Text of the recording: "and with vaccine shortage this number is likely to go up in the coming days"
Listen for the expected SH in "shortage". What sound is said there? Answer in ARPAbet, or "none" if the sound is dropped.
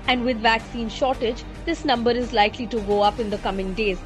SH